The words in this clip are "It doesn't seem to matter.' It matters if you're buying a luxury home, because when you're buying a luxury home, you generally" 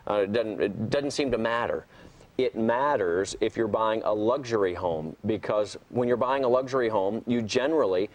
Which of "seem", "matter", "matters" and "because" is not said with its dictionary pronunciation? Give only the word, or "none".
none